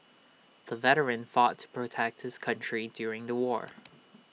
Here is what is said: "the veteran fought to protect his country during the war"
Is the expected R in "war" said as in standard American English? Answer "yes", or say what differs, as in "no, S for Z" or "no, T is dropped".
yes